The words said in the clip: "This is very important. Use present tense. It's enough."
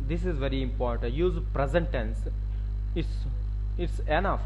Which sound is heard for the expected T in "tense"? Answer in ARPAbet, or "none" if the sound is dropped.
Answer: S